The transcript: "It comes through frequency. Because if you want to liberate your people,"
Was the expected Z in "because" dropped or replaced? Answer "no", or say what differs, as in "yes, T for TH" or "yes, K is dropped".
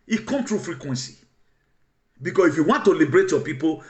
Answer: yes, S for Z